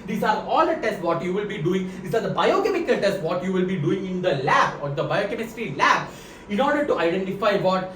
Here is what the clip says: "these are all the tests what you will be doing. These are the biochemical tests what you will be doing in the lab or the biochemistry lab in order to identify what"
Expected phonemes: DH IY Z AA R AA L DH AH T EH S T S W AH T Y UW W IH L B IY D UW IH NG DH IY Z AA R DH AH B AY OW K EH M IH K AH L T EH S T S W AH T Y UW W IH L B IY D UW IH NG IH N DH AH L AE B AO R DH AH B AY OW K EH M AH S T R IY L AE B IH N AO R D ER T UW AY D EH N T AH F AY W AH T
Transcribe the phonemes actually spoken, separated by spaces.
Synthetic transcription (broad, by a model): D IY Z AA R AA L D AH T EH S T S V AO T Y UW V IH L B IY D UW IH NG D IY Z AA R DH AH B AY OW K EH M IH K AH L T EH S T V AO T Y UW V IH L B IY D UW IH NG IH N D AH L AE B AO R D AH B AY OW K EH M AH S T IY L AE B IH N AO R D ER T UW AY D EH N T AH F AY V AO T